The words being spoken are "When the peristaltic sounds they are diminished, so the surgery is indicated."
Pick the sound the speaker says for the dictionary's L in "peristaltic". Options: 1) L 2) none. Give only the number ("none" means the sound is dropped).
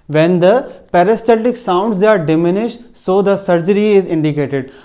2